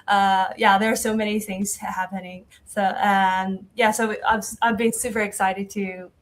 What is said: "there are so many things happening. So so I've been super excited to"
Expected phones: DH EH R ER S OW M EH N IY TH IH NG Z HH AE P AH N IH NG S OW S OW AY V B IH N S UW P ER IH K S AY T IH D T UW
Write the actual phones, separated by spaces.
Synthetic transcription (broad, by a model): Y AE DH ER S OW M EH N IY TH IH NG Z HH AE P AH N IH NG S OW S OW AY V B IH N S UW P ER IH K S AY T IH D T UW